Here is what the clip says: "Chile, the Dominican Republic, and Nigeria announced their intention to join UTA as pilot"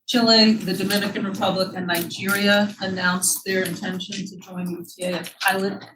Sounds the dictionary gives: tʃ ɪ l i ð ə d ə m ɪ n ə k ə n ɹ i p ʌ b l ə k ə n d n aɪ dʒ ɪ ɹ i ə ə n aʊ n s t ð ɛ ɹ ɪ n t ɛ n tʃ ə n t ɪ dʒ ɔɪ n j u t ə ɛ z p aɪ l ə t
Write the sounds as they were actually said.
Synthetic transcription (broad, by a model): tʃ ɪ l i ð ə d ə m ɪ n ə k ə n ɹ i p ʌ b l ə k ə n n aɪ dʒ ɪ ɹ i ə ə n aʊ n s ð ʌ ɹ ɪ n t ɛ n ʃ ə n t ɪ dʒ ɔɪ n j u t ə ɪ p aɪ l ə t